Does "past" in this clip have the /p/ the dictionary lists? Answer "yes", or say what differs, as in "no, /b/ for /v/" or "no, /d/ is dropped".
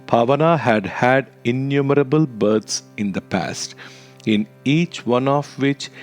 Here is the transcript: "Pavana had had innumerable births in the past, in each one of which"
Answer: yes